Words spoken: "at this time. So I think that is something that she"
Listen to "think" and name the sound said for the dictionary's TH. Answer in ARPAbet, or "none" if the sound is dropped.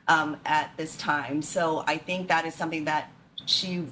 TH